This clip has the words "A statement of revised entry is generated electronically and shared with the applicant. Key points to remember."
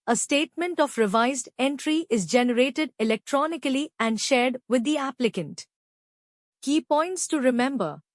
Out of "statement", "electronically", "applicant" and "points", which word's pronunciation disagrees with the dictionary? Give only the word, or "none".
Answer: none